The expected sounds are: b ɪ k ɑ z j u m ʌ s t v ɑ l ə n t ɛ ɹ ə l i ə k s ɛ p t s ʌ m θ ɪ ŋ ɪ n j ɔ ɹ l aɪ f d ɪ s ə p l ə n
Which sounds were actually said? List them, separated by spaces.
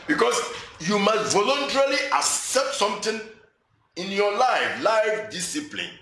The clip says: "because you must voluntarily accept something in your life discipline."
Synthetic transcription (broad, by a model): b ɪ k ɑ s j u m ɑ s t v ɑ l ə n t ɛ ɹ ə l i ə k s ɛ p t s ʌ m t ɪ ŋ ɪ n j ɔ l l aɪ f d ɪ s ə p l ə n